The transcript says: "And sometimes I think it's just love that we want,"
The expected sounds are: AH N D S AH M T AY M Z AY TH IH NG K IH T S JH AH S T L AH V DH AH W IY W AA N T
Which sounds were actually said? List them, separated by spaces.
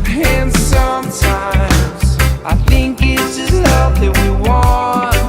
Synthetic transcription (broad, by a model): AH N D S AH M T AY M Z AY TH IH NG K IH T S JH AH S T L AH V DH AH W IY W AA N